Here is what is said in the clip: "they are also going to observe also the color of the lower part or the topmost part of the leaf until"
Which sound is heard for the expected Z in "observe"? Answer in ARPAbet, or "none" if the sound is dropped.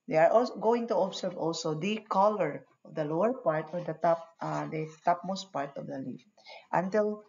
S